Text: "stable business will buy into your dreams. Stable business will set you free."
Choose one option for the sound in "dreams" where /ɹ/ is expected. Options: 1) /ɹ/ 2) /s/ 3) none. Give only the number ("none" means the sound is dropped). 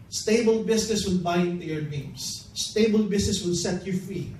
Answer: 3